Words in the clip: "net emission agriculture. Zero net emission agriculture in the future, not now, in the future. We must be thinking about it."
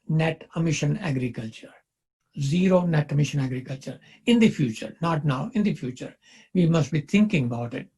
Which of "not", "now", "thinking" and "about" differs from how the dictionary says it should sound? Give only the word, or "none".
thinking